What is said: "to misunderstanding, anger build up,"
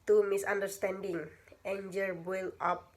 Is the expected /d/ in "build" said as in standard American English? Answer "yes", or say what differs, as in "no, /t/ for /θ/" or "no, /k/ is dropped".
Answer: no, /d/ is dropped